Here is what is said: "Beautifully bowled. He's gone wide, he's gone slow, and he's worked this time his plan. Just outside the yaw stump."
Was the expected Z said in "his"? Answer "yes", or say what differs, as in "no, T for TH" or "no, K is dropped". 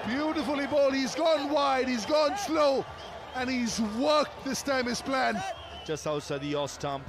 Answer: no, S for Z